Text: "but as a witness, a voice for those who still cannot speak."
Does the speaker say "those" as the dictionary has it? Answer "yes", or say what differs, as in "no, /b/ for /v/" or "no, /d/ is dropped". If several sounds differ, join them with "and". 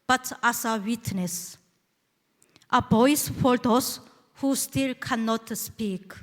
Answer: no, /s/ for /z/